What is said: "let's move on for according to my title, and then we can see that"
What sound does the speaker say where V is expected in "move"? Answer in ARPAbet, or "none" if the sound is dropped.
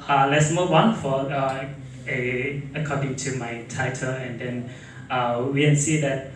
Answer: W